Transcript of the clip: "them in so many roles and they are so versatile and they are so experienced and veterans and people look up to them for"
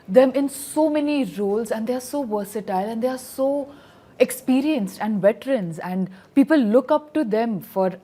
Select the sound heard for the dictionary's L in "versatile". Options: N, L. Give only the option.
L